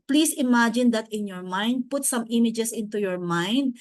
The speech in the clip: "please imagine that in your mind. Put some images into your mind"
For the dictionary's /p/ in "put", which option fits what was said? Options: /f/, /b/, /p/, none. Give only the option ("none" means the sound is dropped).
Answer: /p/